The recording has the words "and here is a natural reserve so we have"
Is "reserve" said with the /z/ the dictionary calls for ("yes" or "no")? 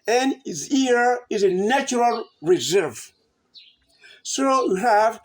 yes